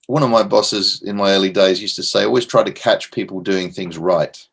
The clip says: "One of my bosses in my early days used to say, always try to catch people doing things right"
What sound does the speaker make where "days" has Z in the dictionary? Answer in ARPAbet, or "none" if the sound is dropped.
Z